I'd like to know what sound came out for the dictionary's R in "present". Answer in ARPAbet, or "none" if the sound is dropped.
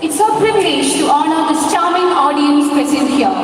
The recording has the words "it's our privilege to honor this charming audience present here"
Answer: none